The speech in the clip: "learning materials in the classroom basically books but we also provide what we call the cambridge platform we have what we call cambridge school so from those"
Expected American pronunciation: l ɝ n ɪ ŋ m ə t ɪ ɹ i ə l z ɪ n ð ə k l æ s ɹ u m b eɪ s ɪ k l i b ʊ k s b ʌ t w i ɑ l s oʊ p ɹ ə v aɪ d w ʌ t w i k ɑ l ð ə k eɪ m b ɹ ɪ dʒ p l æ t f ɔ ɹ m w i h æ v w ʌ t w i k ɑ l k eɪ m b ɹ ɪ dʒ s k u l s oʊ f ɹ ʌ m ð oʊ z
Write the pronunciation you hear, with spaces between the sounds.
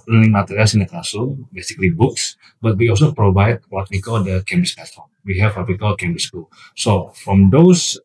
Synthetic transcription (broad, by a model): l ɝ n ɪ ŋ m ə t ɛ ɹ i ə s ɪ n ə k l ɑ s u b eɪ s ɪ k l i b ʊ k s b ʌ t w i ɑ l s oʊ p ɹ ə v aɪ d w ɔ t w i k ɑ l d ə k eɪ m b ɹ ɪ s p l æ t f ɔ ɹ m w i h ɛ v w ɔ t w i k ɑ l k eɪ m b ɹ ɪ s k u l s oʊ f ɹ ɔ m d oʊ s